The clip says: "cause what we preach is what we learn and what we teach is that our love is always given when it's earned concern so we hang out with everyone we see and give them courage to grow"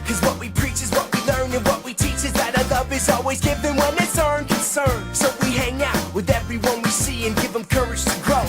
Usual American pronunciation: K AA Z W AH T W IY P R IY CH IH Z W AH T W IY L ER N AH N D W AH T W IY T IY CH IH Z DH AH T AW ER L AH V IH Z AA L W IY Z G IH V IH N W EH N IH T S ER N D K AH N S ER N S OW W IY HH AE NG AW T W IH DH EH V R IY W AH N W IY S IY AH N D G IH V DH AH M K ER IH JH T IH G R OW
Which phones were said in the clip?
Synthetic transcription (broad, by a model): K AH Z W AH T W IY P R IY CH IH Z W AH T W IY L ER N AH N W AH T W IY T IY CH IH Z DH AH T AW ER L AH V IH Z AA L W IY Z G IH V IH N W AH N IH T S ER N K AH N S ER N S OW W IY HH AE NG AW T W IH DH EH V R IY W AH N W IY S IY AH N G IH V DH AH M K ER IH JH T IH G R OW